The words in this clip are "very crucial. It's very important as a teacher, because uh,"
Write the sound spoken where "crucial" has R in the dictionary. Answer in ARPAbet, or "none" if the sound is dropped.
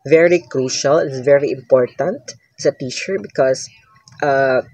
R